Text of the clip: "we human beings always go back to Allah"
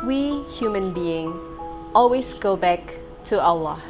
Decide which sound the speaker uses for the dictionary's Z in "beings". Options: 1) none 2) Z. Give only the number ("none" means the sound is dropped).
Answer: 1